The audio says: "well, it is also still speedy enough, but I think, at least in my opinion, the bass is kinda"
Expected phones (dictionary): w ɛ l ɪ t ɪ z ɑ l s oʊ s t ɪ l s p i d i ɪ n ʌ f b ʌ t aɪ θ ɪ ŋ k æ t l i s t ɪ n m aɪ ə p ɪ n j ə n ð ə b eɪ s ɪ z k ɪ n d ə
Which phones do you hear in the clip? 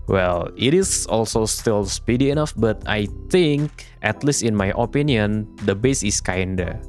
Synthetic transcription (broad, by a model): w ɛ l ɪ t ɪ s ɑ l s oʊ s t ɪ l s p i d i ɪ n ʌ f b ʌ t aɪ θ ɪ ŋ k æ t l i s t ɪ n m aɪ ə p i n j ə n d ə b eɪ s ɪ s k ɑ n d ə